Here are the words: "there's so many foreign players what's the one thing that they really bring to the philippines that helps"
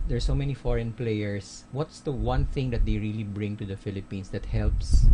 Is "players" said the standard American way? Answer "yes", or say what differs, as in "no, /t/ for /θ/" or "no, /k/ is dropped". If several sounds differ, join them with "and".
no, /s/ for /z/